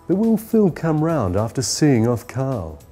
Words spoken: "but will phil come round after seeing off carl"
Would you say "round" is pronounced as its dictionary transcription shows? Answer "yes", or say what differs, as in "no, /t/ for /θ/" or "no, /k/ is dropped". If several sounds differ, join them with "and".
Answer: yes